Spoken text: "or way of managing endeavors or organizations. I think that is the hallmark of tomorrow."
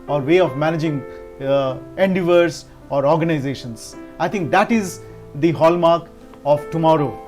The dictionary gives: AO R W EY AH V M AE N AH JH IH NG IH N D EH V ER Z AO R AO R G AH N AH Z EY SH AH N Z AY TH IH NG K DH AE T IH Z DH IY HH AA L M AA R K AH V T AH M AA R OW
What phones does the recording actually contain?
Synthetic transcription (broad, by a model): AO R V EY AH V M AE N AH JH IH NG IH N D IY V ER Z AO R AO R G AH N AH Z EY SH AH N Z AY T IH NG K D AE T IH Z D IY HH AA L M AA R K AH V T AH M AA R OW